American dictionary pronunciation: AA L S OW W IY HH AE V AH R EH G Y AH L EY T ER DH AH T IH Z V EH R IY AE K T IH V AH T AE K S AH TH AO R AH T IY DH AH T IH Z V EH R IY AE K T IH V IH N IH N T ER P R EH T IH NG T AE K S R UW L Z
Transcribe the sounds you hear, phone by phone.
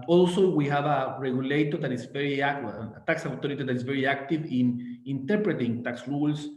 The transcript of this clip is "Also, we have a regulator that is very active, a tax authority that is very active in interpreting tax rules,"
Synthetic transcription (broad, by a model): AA L S OW W IY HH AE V AH R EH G Y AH L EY T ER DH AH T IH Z V EH R IY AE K T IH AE K S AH T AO R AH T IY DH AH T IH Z V EH R IY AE K T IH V IH N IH N T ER P R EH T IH NG T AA K S R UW L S